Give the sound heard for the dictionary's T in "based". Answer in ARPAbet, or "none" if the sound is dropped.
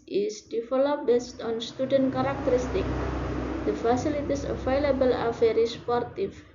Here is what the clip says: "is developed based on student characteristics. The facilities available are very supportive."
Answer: T